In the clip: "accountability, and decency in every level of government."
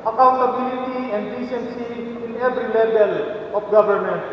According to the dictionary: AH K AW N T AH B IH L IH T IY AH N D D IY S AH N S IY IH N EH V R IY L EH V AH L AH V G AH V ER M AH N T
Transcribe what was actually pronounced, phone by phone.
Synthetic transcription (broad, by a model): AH K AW N T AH B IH L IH T IY AH N D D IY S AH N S IY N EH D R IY L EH B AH L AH P G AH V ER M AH N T